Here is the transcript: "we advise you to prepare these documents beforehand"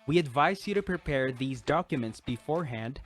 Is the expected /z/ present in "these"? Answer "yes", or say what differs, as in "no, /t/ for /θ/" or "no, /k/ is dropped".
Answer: yes